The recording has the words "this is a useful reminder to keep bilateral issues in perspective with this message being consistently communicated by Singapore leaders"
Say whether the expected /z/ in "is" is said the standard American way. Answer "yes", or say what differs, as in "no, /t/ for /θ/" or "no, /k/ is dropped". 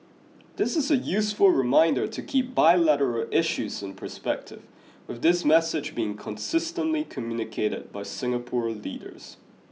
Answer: yes